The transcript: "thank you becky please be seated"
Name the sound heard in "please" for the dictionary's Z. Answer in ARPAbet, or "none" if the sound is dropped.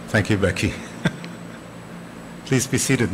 Z